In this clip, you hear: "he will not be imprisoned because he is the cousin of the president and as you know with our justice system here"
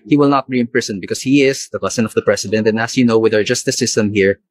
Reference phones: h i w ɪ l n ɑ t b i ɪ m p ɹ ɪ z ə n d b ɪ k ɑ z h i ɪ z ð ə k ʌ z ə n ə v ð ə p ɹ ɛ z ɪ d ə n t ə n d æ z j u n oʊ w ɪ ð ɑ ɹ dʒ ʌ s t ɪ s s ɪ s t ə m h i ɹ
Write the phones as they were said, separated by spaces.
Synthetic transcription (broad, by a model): h i w ɪ l n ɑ t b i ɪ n p ɹ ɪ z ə n b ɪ k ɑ s h i ɪ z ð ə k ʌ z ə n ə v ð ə p ɹ ɛ s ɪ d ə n t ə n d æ s j u n oʊ w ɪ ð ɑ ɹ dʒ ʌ s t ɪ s s ɪ s t ə m h i ɹ